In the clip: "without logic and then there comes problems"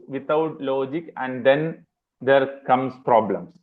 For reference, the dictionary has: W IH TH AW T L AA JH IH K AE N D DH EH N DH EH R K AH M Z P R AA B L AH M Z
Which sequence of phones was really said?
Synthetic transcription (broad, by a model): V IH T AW T L AA JH IH K AE N D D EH N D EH R K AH M S P R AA B L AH M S